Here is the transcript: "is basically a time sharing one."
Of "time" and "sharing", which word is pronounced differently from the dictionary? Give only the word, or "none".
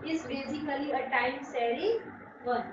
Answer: sharing